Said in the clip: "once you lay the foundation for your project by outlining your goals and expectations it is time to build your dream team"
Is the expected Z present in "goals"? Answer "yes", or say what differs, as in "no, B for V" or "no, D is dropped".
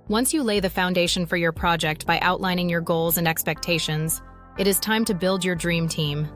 yes